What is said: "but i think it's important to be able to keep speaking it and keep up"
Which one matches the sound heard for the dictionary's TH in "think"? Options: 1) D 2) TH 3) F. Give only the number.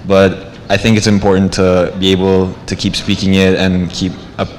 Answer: 2